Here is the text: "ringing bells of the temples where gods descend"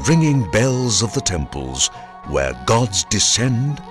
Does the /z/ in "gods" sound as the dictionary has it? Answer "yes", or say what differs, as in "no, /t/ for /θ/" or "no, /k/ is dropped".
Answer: yes